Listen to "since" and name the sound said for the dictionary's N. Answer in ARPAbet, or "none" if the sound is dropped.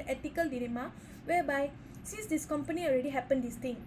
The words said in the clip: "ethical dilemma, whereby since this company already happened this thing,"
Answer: none